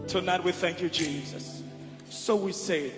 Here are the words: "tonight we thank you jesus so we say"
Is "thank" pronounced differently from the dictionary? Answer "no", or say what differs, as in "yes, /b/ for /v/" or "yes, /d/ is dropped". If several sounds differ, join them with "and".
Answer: no